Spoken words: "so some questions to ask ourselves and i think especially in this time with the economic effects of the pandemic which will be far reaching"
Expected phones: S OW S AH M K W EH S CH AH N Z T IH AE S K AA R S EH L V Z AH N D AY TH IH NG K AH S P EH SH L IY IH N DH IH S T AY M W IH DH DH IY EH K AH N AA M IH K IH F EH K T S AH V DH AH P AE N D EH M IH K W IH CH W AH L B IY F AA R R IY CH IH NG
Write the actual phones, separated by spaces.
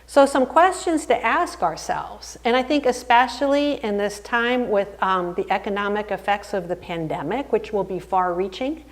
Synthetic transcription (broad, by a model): S OW S AH M K W EH S CH AH N Z T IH AE S K AA R S EH L V Z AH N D AY TH IH NG K AH S P EH SH L IY IH N DH IH S T AY M W IH DH DH IY EH K AH N AA M IH K IH F EH K T S AH V DH AH P AE N D EH M IH K W IH CH W AH L B IY F AA R R IY CH IH NG